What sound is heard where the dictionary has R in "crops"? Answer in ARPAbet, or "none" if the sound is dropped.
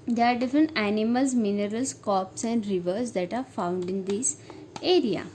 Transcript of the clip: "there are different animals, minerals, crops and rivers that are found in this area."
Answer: none